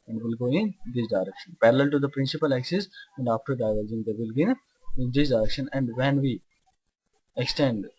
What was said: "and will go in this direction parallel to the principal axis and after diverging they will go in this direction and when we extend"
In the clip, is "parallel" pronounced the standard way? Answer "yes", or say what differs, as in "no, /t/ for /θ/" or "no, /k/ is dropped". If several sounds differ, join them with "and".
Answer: yes